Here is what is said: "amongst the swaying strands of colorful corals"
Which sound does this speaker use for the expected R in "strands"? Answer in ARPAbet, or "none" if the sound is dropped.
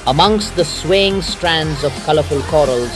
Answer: R